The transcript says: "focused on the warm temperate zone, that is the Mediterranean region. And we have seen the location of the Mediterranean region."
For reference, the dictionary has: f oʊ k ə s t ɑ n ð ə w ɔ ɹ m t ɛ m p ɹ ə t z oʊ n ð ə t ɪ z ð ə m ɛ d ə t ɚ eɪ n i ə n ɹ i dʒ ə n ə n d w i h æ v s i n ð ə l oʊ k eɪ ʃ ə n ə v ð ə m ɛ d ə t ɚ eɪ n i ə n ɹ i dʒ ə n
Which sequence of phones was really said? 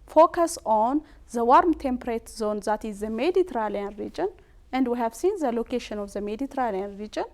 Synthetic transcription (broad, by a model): f oʊ k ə s ɑ n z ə w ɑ ɹ m t ɛ m p ɹ ə t z oʊ n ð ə t ɪ z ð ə m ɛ d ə t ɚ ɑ l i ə n ɹ i dʒ ə n ə n d w i h æ v s i n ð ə l oʊ k eɪ ʃ ə n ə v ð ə m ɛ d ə t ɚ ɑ l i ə n ɹ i dʒ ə n